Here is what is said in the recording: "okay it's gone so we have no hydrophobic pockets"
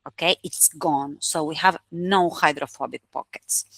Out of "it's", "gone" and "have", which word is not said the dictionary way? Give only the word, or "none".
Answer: none